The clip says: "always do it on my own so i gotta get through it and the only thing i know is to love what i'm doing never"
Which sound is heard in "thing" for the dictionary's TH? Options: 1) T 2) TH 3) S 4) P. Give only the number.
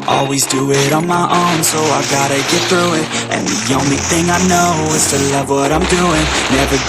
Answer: 2